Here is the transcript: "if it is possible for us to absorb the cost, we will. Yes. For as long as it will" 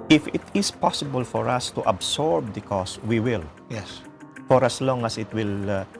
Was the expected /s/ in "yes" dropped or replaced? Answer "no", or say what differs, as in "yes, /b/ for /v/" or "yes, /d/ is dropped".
no